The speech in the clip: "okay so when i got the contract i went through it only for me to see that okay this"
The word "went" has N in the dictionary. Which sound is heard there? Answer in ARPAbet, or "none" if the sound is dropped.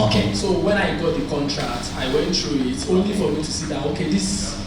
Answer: N